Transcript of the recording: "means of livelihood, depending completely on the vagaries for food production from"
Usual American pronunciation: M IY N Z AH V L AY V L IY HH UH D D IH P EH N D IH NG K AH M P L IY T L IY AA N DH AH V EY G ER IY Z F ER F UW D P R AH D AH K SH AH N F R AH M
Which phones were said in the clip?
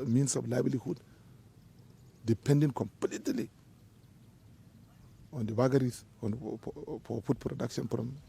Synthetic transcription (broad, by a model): M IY N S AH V L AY B L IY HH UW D D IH P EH N D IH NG K AH M P L IY T L IY AA N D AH B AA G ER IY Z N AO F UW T P R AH D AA K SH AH N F R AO M